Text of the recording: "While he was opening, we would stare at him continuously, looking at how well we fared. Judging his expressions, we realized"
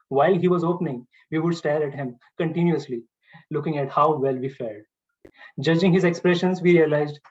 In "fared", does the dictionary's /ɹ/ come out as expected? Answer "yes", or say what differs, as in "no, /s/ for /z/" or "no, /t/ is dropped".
no, /l/ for /ɹ/